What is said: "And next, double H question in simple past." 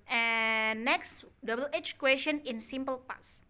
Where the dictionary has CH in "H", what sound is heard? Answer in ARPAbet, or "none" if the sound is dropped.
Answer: CH